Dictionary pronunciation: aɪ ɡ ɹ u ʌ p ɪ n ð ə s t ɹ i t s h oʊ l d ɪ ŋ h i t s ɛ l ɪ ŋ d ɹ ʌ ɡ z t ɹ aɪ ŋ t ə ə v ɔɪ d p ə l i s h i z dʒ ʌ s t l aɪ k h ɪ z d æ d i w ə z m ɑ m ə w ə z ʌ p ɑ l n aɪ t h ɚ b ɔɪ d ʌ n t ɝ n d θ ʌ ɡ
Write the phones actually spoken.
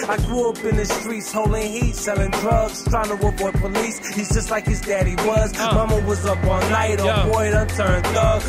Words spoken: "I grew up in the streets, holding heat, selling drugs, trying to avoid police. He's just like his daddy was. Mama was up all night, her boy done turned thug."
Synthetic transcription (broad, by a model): aɪ ɡ ɹ u ʌ p ɪ n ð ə s t ɹ i t s h oʊ l d ɪ ŋ h i t s ɛ l ɪ ŋ d ɹ ʌ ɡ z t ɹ aɪ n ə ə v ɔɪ p ə l i s h i z dʒ ʌ s t l aɪ k h ɪ z d æ d i w ə z m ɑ m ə w ə z ʌ p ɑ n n aɪ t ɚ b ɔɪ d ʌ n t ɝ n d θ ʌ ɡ